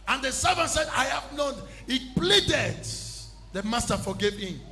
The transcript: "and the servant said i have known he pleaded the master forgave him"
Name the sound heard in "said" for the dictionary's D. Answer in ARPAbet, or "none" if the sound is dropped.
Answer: D